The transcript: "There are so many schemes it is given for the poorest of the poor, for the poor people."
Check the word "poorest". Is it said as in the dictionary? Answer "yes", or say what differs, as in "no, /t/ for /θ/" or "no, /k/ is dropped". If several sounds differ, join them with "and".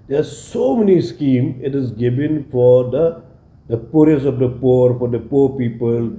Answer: no, /t/ is dropped